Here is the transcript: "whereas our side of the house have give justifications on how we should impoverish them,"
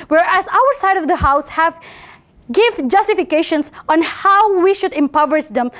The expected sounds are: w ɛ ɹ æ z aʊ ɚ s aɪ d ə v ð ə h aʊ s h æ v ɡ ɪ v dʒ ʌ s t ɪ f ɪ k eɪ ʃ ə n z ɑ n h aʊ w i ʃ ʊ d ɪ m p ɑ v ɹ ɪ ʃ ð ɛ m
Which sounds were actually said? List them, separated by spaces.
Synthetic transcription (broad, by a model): w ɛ ɹ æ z aʊ ɚ s aɪ d ə v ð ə h aʊ s h æ v ɡ ɪ v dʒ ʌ s t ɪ f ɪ k eɪ ʃ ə n s ɑ n h aʊ w i ʃ ʊ d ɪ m p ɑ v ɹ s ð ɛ m